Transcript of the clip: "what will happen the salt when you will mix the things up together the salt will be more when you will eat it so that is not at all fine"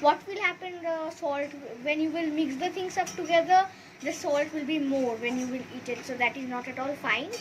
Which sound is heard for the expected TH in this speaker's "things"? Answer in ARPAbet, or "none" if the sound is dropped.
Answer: T